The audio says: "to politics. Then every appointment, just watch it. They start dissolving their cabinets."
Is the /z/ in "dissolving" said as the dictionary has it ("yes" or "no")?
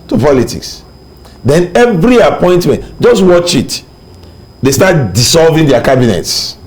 no